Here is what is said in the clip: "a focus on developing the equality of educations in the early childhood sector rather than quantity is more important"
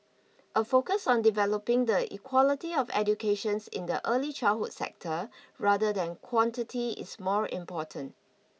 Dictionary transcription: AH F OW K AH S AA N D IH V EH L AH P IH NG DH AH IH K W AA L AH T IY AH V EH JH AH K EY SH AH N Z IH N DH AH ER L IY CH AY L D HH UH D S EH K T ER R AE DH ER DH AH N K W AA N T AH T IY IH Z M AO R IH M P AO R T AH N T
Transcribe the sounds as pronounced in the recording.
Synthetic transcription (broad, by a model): AH F OW K AH S AA N D IH V EH L AH P IH NG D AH IH K W AA L AH T IY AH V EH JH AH K EY SH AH N S IH N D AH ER L IY CH AY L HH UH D S EH K T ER R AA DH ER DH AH N K W AA N T AH T IY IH S M AO R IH M P AO T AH N T